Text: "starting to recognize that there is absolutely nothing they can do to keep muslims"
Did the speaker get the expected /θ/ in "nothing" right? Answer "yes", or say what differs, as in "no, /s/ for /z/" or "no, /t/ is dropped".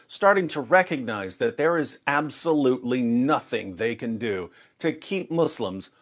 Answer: yes